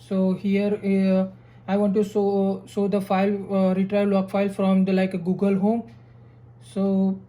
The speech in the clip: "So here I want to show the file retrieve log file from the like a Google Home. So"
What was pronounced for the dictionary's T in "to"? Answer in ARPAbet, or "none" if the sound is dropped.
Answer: S